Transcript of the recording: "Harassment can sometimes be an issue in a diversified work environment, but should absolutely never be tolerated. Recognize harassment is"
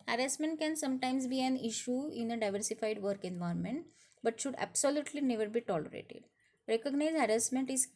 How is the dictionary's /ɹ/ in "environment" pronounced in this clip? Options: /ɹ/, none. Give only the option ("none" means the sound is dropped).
none